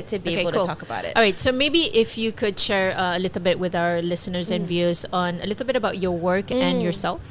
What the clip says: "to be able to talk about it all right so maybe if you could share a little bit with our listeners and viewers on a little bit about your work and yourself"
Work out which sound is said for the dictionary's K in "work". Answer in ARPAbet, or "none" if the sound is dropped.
K